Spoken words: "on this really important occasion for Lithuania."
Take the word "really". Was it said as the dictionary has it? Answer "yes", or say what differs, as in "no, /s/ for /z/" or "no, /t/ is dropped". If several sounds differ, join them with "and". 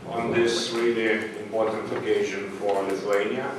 no, /w/ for /ɹ/